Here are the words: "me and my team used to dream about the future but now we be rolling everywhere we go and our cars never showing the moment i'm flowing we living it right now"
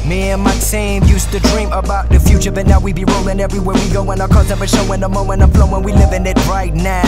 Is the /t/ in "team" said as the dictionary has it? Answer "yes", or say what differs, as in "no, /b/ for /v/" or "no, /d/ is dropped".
no, /s/ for /t/